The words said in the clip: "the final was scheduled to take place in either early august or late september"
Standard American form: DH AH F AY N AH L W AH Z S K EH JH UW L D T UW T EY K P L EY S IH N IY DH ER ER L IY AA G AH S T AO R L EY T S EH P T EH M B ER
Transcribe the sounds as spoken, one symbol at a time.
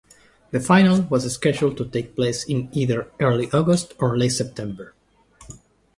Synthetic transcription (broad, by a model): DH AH F AY N AH L W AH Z S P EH SH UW L T UW T EY K P L EY S IH N IY DH ER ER L IY AA G AH S T AO R L EY T S EH P T EH M B ER